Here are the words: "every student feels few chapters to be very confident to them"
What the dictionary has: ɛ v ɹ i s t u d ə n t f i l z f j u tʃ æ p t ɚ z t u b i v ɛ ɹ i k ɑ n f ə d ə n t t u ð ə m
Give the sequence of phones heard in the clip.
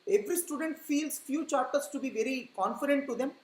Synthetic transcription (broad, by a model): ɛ v ɹ i s t u d ə n t f i l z f j u tʃ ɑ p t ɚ s t u b i v ɛ ɹ i k ɑ n f ə d ə n t t u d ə m